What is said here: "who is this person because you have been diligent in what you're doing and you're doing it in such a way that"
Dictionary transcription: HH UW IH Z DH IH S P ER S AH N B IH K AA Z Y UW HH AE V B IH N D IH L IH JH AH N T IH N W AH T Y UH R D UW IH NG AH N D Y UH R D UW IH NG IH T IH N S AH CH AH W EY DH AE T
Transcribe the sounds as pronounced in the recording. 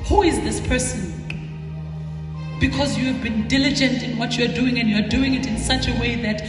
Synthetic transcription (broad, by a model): HH UW IH Z DH IH S P ER S AH N B IH K AA Z Y UW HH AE V B IH N D IH L IH JH AH N T IH N W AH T Y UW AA D UW IH NG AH N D Y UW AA D UW IH NG IH T IH N S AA CH AH W EY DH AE T